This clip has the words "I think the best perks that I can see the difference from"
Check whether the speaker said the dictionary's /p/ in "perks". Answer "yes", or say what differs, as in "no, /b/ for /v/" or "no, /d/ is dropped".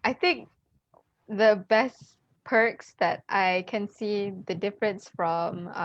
yes